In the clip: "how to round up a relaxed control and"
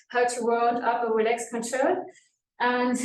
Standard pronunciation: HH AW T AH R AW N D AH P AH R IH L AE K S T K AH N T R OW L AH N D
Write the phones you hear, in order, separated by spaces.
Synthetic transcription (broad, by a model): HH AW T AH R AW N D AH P AH W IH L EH K S K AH N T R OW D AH N